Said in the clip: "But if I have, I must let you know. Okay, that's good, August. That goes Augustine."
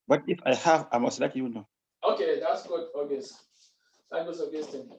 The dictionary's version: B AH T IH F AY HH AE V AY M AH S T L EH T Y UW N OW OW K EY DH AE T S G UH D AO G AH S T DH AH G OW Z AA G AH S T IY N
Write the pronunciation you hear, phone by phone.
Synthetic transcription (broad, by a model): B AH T IH F AY HH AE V AY M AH S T L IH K Y UW N OW OW K EY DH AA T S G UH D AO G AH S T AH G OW S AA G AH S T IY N